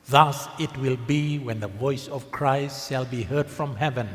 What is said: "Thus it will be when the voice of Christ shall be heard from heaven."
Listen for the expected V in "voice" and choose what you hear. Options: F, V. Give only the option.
V